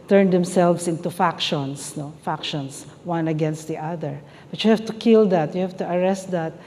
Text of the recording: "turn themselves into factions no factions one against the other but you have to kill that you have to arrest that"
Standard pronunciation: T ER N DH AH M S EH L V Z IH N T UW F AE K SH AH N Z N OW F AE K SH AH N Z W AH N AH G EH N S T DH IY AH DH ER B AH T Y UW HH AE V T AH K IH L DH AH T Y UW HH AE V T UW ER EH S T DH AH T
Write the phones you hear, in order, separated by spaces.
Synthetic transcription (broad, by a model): T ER N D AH M S EH L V S IH N T UW F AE K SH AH N S N OW F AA K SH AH N S W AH N AH G EH N S T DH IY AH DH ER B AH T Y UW HH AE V T AH K IH L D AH T Y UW HH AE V T UW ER EH S T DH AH T